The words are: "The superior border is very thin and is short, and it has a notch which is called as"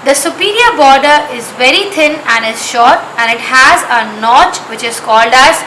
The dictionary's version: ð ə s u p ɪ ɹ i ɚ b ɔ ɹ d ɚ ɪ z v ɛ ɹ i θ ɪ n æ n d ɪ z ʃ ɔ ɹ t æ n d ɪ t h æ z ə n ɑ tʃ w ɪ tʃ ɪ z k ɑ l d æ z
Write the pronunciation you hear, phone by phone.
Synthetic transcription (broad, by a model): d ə s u p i ɹ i ɚ b ɔ ɹ d ɚ ɪ z v ɛ ɹ i t ɪ n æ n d ɪ z ʃ ɔ ɹ t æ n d ɪ t h æ z ə n ɑ tʃ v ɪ tʃ ɪ z k ɑ l d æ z